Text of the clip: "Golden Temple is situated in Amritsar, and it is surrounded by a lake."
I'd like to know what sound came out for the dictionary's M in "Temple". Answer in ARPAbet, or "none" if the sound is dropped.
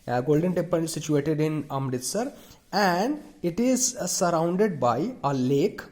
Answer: none